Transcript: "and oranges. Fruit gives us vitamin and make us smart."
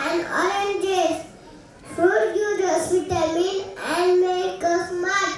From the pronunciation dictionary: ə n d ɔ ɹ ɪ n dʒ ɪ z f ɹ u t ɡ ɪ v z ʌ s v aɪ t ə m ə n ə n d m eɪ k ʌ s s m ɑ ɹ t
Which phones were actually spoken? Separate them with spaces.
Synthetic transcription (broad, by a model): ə n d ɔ ɹ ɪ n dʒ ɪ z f u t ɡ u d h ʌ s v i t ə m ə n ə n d m eɪ k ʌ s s m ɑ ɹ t